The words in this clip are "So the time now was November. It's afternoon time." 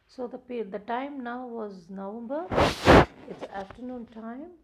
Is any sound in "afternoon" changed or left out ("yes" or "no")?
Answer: no